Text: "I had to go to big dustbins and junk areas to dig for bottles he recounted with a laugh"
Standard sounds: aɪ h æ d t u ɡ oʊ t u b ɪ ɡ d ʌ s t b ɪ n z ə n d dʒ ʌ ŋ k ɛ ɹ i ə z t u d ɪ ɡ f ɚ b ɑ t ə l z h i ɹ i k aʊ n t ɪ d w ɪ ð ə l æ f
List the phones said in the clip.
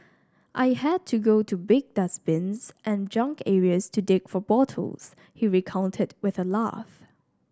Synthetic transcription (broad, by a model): aɪ h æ d t u ɡ oʊ t u b ɪ ɡ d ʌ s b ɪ n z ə n dʒ ʌ ŋ k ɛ ɹ i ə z t u d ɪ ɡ f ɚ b ɑ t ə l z h i ɹ i k aʊ n t ɪ d w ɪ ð ə l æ f